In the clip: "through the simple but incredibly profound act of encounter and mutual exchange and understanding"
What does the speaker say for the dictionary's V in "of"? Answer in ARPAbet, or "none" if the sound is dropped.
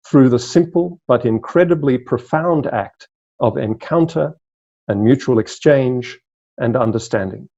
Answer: V